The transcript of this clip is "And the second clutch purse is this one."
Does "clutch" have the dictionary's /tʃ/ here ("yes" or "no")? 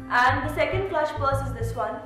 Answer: no